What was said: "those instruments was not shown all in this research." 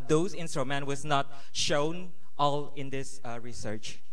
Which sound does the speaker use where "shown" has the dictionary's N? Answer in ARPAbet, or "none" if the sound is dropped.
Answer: N